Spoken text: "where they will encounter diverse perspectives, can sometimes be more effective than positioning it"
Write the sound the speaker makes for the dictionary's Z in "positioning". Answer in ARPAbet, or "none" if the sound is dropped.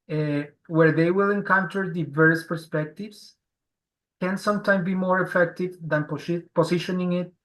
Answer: S